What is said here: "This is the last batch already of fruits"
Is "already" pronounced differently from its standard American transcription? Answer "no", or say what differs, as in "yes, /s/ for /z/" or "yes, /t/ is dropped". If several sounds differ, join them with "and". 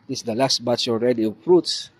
no